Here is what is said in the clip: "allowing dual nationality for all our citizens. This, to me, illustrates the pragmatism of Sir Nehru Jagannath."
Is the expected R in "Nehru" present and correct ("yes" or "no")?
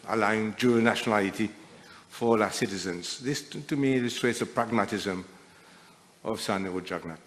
no